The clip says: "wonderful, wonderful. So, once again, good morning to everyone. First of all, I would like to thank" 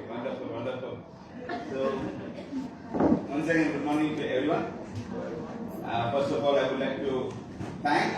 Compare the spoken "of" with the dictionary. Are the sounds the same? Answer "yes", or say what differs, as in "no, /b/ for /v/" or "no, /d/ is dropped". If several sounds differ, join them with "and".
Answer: no, /p/ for /v/